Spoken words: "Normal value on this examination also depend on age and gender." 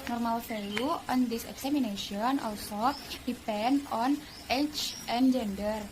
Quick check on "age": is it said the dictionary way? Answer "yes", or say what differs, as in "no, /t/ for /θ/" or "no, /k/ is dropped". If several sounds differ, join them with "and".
no, /tʃ/ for /dʒ/